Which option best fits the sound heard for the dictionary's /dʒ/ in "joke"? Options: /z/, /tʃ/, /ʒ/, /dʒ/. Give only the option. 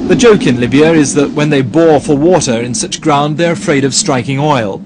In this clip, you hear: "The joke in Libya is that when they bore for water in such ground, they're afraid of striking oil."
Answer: /dʒ/